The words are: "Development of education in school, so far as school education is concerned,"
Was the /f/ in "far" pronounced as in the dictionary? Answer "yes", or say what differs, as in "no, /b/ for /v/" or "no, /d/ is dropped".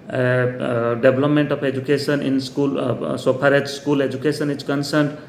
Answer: no, /p/ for /f/